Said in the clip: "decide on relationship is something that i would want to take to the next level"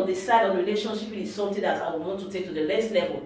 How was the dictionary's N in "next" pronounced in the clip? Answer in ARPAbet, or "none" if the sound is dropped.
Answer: L